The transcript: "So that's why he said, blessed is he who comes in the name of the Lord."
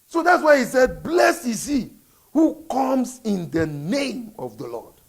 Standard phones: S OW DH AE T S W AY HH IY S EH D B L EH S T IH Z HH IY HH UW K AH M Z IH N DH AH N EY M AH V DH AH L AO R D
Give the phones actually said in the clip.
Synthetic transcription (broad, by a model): S OW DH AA T S W AY HH IY S EH D B L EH S IH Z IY HH UW K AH M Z IH N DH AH N EY M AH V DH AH L AO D